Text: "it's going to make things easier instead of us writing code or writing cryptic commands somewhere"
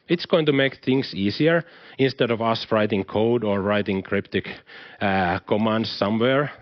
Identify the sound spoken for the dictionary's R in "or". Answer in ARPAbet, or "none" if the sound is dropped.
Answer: R